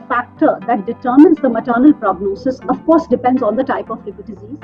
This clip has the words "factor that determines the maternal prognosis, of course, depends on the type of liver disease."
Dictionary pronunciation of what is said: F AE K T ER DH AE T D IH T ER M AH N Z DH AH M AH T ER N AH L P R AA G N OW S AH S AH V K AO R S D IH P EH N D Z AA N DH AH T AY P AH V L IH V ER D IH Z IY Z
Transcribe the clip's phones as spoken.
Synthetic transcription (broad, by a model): F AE K T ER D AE T D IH T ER M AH N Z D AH M AH T ER N AH L P R AA G N OW S AH S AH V K AO R S D IH P EH N D Z AA N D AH T AY P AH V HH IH P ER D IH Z IY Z